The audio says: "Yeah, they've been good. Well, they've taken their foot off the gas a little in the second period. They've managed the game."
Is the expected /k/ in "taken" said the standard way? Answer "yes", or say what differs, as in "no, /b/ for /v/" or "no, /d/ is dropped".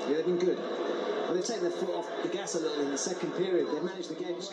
no, /k/ is dropped